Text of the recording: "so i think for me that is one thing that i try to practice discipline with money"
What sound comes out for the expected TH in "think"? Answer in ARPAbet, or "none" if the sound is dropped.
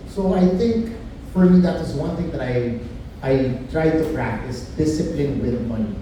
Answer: TH